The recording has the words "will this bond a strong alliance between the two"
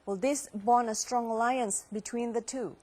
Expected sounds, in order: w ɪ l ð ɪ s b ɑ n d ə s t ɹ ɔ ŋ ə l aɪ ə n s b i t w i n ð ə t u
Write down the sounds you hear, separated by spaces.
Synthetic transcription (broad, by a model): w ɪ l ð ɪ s b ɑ n ə s t ɹ ɔ ŋ ə l aɪ ə n s b i t w i n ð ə t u